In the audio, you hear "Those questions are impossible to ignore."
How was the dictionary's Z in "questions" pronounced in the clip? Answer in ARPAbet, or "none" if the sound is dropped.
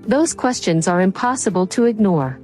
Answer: Z